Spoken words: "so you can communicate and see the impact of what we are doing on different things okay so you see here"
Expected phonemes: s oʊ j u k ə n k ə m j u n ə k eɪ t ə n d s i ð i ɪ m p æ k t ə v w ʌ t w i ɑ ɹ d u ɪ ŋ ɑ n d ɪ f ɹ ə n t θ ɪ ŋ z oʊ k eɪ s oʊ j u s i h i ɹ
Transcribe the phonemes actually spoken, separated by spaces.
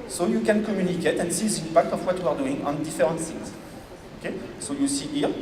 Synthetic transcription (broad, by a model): s oʊ j u k ə n k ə m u n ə k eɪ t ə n s i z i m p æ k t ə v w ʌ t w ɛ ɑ ɹ d u ɪ ŋ ɑ n d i f ɹ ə t s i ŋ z oʊ k eɪ s oʊ j u s i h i ɹ